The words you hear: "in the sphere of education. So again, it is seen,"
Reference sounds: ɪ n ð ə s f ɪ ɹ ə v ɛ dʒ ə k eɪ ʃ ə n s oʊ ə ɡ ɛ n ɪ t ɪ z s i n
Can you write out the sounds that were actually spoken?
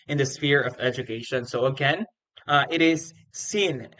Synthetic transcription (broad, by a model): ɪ n ð ə s f ɪ ɹ ə v ɛ dʒ ə k eɪ ʃ ə n s oʊ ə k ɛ n ɪ t ɪ z s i n